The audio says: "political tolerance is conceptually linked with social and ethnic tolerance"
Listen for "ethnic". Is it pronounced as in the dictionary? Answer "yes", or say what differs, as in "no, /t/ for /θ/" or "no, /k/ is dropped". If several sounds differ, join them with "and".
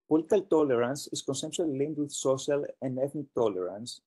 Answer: yes